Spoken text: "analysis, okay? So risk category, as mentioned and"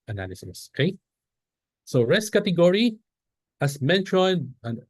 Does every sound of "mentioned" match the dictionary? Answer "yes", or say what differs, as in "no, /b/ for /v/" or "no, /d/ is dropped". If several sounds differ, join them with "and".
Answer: no, /d/ is dropped